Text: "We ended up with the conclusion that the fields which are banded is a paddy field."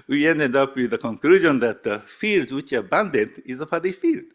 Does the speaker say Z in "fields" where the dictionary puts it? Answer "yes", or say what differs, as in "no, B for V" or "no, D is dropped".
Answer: no, Z is dropped